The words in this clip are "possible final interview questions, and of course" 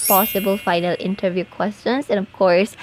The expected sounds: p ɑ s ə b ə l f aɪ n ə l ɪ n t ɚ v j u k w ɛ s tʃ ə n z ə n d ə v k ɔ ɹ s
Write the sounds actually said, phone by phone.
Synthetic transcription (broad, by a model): p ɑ s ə b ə l f aɪ n ə l ɪ n t ɚ v j u k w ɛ s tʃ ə n s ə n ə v k ɔ ɹ s